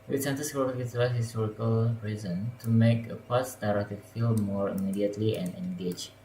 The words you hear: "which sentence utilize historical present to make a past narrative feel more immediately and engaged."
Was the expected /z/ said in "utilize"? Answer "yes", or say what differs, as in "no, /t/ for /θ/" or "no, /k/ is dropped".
no, /z/ is dropped